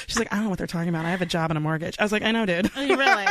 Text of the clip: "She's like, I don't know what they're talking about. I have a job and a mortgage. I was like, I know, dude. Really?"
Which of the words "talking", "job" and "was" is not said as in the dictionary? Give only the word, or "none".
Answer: none